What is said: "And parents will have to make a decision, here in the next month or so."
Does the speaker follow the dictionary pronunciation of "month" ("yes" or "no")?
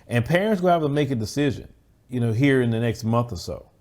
yes